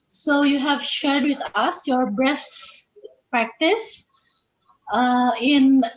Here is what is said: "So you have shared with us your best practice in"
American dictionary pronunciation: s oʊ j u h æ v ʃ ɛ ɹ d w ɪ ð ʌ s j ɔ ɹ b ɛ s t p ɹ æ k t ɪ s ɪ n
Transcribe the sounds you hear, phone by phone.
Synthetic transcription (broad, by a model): s oʊ j u h æ v ʃ ɛ ɹ d w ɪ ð ʌ s j ɔ ɹ b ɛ s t p ɹ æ k t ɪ s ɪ n